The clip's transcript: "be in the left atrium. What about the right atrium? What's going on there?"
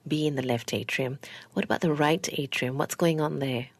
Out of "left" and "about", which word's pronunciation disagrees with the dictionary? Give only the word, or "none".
none